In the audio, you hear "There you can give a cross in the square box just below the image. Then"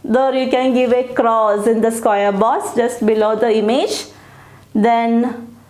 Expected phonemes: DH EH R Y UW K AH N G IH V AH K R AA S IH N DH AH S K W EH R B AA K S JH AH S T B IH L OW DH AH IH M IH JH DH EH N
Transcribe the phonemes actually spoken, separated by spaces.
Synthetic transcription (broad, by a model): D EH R Y UW K AH N G IH V AH K R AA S IH N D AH S K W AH R B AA S JH AH S T B IH L OW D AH IH M IH JH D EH N